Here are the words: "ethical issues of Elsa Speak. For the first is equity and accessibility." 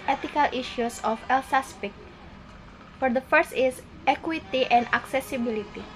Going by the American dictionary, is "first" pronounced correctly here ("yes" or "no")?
yes